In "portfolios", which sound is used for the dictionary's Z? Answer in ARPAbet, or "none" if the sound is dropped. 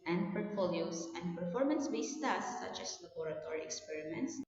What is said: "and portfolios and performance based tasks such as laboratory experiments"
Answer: S